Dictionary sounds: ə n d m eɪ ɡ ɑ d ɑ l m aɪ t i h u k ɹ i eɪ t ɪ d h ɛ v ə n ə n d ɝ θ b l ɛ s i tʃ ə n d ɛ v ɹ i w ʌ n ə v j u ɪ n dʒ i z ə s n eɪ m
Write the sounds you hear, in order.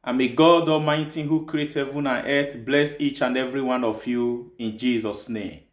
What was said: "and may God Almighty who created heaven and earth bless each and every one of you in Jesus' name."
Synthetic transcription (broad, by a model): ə m eɪ ɡ ɑ d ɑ m aɪ t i h u k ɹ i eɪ t h ɛ v ə n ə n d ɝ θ b l ɛ s i tʃ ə n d ɛ v ɹ i w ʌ n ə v j u ɪ n dʒ i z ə s n eɪ m